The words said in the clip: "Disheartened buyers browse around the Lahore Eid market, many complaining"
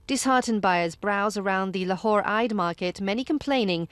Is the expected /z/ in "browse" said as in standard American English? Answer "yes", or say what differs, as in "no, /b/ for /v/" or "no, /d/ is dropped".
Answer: yes